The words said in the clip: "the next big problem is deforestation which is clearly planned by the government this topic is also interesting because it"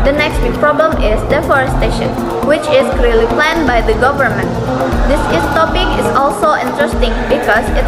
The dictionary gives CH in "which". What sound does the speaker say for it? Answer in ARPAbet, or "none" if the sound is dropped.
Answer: CH